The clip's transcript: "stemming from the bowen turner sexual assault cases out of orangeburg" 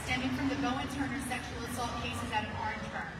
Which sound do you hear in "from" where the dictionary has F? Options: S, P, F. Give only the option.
F